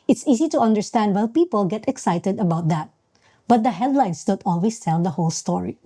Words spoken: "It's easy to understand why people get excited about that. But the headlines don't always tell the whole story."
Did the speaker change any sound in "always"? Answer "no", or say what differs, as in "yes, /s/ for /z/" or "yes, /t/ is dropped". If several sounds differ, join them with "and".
yes, /s/ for /z/